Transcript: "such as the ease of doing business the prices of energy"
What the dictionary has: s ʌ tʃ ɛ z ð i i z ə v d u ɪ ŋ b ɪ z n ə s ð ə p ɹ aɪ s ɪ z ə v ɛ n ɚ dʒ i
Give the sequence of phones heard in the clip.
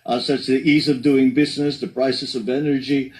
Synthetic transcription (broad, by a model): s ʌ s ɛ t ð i i z ə v d u ɪ ŋ b ɪ z n ə s ð ə p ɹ aɪ s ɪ s ə v ɛ n ɚ dʒ i